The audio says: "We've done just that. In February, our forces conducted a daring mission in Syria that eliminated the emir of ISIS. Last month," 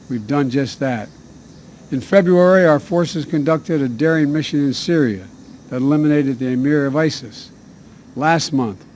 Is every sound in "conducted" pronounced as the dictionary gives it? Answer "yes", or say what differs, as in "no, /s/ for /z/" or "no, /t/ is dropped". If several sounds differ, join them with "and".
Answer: yes